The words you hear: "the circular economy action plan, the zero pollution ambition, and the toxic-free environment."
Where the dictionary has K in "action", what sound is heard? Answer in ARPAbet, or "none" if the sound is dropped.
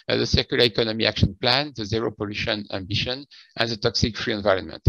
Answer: K